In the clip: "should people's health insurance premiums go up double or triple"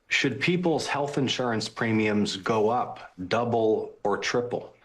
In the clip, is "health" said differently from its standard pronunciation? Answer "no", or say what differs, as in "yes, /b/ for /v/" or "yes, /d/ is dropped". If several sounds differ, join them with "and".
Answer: no